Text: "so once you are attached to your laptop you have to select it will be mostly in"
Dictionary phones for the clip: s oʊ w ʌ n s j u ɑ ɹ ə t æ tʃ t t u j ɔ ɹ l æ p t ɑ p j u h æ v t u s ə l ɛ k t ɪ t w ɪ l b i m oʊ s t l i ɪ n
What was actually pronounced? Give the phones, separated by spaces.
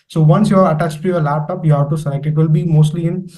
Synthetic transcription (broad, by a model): s oʊ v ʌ n s j u ɑ ɹ ə t æ tʃ t t u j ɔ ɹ l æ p t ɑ p j u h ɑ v t u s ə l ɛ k ɪ t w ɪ l b i m oʊ s t l i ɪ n